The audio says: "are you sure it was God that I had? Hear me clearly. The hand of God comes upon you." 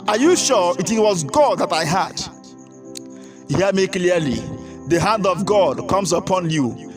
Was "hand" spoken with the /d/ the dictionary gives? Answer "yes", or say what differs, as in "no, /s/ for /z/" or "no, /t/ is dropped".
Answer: yes